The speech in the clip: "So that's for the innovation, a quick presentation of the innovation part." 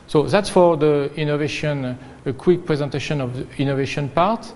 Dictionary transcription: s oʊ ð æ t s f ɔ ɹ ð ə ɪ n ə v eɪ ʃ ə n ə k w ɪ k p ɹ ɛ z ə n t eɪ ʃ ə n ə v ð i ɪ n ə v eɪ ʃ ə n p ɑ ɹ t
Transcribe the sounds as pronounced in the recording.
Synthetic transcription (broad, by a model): s oʊ ð æ t s f ɔ ɹ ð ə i n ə v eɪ ʃ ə n ə k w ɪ k p ɹ ɛ z ə n t eɪ ʃ ə n ə v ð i n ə v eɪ ʃ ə n p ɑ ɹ t